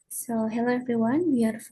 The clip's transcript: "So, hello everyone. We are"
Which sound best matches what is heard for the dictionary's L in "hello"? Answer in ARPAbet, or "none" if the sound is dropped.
L